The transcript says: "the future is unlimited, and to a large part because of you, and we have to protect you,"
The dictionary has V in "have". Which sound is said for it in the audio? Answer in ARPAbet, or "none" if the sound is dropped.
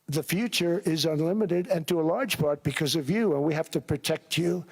F